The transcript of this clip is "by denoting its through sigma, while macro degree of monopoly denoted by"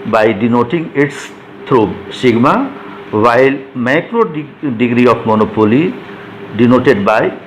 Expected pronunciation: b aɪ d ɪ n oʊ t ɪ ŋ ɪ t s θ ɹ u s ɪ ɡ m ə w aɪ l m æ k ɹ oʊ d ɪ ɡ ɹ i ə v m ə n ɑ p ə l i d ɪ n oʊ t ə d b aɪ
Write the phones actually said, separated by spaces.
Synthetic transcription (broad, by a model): b aɪ d ɪ n oʊ t ɪ ŋ ɪ t s t ɹ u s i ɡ m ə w aɪ l m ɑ k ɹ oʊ d ɪ ɡ ɹ i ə p m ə n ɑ p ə l i d ɪ n oʊ t ə d b aɪ